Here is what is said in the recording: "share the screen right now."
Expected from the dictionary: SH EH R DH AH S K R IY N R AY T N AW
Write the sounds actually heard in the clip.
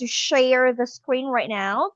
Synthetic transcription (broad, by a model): SH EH R DH AH S K R IY N R AY T N AW